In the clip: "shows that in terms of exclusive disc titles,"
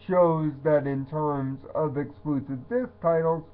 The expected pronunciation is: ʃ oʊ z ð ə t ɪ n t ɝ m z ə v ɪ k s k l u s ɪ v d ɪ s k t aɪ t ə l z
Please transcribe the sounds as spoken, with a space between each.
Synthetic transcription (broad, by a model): ʃ oʊ z ð ə t ɪ n t ɝ m z ə v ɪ k s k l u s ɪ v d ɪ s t aɪ t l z